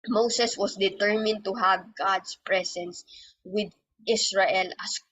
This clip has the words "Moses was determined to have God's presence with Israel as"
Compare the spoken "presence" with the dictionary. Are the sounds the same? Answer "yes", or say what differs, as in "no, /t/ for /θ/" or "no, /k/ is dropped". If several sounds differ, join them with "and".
no, /s/ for /z/